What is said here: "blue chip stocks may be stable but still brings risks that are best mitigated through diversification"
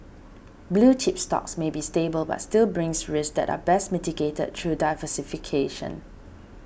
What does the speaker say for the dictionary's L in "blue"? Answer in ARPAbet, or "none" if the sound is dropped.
L